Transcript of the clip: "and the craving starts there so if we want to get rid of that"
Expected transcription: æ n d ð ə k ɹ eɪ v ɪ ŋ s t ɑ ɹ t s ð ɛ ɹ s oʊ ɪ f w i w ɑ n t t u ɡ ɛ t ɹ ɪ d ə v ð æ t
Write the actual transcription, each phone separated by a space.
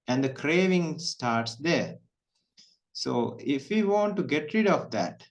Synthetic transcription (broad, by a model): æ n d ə k ɹ eɪ v ɪ ŋ s t ɑ ɹ t s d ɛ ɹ s oʊ ɪ f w i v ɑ n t t u ɡ ɛ t ɹ ɪ d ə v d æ t